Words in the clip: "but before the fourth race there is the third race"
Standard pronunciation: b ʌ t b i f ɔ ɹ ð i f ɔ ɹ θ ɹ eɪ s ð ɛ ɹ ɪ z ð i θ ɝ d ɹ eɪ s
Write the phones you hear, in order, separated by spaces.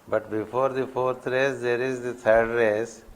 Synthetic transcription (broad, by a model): b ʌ t b i f ɔ ɹ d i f ɔ ɹ t ɹ eɪ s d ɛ ɹ ɪ z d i t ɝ d ɹ eɪ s